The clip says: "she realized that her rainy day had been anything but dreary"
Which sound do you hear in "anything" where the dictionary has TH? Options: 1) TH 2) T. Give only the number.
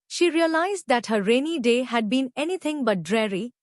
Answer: 2